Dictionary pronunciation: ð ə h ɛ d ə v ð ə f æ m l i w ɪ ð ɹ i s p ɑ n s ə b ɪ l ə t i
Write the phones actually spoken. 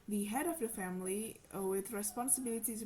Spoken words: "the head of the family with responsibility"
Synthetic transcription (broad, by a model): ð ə h ɛ d ə v ð ə f æ m l i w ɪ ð ɹ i s p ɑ n s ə b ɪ l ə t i